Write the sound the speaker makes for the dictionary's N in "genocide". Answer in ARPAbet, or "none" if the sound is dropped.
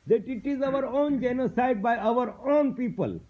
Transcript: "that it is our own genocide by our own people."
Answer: N